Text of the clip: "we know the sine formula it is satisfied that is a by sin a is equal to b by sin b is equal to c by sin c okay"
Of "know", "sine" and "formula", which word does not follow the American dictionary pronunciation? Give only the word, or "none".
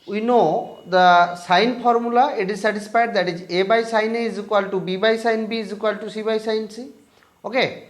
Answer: formula